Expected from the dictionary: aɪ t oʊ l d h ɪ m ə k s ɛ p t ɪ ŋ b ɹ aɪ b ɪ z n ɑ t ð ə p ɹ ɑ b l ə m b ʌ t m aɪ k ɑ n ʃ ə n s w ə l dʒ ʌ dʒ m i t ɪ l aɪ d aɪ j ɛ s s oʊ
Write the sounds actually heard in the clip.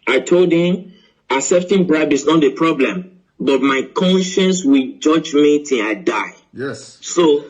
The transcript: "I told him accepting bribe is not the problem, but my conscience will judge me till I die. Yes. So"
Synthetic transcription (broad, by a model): aɪ t oʊ l d h ɪ m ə s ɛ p t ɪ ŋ b ɹ aɪ b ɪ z n ɑ t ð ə p ɹ ɑ b l ə m b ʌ t m aɪ k ɑ n ʃ ə n s w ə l dʒ ʌ dʒ m i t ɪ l aɪ d aɪ j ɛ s s oʊ